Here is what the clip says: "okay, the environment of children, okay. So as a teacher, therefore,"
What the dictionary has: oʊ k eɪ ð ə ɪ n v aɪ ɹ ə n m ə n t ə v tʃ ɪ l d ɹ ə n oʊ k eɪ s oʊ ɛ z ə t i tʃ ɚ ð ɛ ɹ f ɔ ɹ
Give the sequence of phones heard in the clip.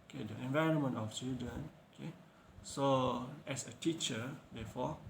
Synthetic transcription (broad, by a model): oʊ k eɪ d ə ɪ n v aɪ ɹ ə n m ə n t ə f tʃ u d ə n oʊ k eɪ s oʊ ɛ s ə t i tʃ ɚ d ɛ f ɔ